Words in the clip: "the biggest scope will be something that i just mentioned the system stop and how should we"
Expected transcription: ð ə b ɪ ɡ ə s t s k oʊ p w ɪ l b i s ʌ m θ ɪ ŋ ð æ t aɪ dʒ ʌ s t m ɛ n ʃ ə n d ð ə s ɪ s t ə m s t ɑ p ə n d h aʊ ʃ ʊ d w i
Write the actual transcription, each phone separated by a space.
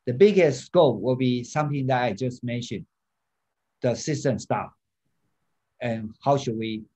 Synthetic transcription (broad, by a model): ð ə b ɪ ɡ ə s s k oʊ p w ɪ l b i s ʌ m θ ɪ ŋ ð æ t aɪ dʒ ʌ s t m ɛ n ʃ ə n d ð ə s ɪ s t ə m s t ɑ f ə n h aʊ ʃ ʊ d w i